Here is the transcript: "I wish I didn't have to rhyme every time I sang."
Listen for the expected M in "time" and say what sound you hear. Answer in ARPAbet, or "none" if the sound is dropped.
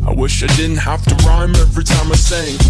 M